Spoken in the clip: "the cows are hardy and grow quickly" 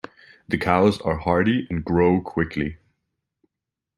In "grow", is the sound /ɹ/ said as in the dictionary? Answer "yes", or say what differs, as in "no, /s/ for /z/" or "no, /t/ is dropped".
yes